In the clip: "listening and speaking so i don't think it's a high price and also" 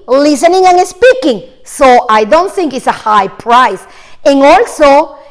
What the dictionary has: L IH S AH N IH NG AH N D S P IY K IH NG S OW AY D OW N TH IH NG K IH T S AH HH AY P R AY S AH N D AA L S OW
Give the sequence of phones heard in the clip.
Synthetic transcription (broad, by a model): L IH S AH N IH NG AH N S P IY K IH NG S OW AY D OW N TH IH NG K IH T S AH HH AY P R AY S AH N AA L S OW